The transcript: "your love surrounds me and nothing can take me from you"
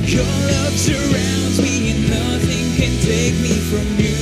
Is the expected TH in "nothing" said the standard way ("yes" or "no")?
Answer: yes